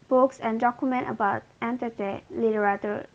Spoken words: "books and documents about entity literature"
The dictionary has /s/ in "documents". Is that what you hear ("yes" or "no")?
no